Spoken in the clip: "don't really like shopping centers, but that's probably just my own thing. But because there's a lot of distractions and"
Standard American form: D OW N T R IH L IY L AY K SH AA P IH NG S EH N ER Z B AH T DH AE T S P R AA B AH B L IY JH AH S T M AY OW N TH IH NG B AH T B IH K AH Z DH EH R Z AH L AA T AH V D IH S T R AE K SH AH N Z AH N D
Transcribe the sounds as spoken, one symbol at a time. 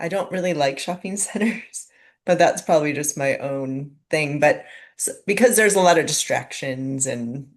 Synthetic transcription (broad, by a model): D OW N T R IH L IY L AY K SH AA P IH NG S EH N ER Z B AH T DH AE T S P R AA B AH B L IY JH AH S T M AY OW N TH IH NG B AH T B IH K AH Z DH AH R Z AH L AA T AH V D IH S T R AE K SH AH N Z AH N